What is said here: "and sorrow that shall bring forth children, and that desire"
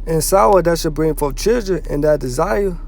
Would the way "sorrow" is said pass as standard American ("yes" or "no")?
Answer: no